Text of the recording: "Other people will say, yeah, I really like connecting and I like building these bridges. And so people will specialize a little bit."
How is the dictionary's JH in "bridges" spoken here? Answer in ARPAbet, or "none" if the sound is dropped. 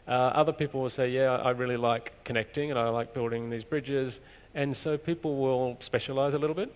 JH